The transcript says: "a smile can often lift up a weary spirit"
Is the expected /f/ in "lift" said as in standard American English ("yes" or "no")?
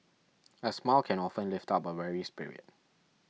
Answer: yes